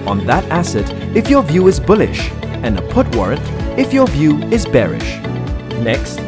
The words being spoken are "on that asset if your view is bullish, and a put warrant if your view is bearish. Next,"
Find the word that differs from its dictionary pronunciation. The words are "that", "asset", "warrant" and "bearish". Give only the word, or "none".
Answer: none